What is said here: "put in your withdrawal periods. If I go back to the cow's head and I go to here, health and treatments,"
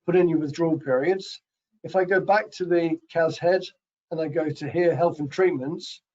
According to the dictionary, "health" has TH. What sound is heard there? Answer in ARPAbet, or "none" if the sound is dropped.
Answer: TH